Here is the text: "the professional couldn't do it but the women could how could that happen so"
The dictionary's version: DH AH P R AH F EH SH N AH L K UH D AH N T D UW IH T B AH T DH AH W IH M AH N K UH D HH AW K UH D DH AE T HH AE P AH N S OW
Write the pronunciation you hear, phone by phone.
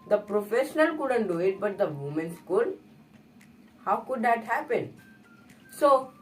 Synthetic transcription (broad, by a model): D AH P R AH F EH SH N AH L K UH D AH N T D UW IH T B AH T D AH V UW M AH N K UH D HH AW K UH D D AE T HH AE P AH N S OW